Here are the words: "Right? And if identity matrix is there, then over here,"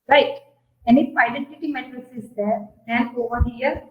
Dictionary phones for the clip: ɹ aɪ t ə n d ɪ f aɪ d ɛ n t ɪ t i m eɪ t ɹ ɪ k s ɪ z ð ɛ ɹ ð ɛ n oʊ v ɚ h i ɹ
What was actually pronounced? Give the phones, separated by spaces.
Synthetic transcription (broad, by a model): ɹ aɪ t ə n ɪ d aɪ d ɛ n t ɪ t i m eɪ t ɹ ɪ s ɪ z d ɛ ɹ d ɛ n oʊ v ɚ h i ɹ